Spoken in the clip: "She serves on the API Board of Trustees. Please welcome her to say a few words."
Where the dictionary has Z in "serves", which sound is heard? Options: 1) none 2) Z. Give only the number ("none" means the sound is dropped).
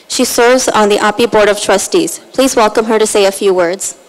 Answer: 2